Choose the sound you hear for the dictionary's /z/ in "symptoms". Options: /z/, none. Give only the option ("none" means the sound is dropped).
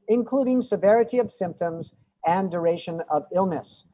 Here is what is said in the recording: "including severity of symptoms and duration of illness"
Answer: /z/